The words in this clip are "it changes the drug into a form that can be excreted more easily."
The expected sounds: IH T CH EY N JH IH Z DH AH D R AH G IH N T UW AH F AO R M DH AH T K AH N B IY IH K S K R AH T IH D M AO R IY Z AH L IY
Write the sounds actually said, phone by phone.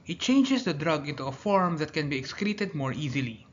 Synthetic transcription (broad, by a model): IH T CH EY N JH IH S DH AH D R AH G IH N T UW AH F AO R M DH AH T K AH N B IY IH K S K R AH T IH D M AO R IY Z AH L IY